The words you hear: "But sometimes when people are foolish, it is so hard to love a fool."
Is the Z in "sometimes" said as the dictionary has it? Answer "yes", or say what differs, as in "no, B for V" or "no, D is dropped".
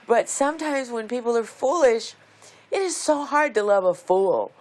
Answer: yes